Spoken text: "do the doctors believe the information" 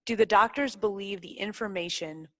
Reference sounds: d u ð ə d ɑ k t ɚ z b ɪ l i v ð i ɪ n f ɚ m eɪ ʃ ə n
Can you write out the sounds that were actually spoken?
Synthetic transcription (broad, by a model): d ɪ ð ə d ɑ k t ɚ z b ɪ l i v ð i ɪ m f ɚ m eɪ ʃ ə n